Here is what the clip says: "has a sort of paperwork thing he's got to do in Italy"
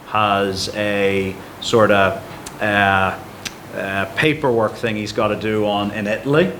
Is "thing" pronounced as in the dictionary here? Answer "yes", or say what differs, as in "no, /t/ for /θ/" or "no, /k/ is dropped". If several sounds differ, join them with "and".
yes